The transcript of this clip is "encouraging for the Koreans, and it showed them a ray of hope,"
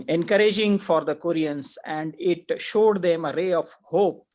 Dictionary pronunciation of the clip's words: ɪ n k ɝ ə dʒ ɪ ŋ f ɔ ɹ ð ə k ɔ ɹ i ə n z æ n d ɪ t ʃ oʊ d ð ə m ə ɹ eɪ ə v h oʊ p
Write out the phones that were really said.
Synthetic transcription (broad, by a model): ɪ n k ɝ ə dʒ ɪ ŋ f ɔ ɹ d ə k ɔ ɹ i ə n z æ n d ɪ t ʃ oʊ d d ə m ə ɹ eɪ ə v h oʊ p